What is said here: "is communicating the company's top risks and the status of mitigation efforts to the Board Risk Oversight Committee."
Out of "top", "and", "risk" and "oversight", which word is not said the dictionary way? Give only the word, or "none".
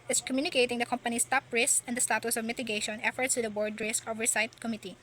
none